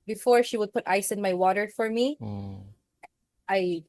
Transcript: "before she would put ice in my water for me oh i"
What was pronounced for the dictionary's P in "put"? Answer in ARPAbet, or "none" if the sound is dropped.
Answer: P